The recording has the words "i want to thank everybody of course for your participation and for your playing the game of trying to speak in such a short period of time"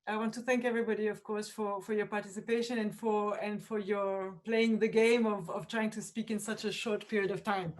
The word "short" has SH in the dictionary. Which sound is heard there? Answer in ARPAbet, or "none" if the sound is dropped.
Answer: SH